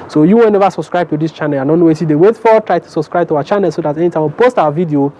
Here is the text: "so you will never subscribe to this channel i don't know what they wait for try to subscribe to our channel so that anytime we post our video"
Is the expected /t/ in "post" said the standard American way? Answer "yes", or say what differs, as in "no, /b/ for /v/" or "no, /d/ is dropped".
yes